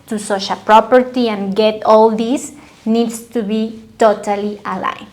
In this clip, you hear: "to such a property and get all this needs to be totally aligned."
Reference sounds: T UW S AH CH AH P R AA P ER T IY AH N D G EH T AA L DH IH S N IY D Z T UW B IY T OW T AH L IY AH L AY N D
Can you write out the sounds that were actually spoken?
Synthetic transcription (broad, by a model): T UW S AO SH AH P R AA P ER T IY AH N G EH T AA L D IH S N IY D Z T UW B IY T OW T AH L IY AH L AY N